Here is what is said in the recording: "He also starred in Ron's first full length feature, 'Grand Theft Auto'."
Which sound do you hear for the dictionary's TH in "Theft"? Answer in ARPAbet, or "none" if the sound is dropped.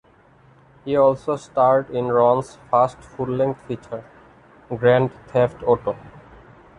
T